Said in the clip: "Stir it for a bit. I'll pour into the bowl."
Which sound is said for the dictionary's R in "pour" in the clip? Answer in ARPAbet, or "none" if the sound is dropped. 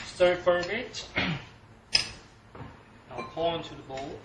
L